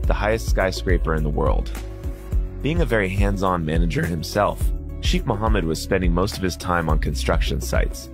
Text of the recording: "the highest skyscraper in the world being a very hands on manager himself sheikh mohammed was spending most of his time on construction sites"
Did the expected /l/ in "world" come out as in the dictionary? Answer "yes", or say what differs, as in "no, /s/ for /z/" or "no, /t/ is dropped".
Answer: yes